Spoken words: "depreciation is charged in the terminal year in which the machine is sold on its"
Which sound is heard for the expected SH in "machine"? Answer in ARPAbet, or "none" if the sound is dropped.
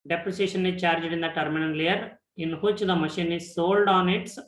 SH